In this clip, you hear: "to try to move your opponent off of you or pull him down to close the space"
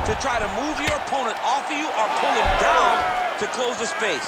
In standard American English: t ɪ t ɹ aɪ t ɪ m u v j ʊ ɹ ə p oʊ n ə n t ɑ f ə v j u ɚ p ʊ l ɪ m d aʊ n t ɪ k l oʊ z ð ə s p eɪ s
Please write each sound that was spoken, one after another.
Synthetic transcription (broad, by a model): t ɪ t ɹ aɪ t ɪ m u v j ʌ ɹ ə p oʊ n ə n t ɑ f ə j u ɚ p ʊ n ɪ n d aʊ n t ɪ k l oʊ z ð ə s p eɪ s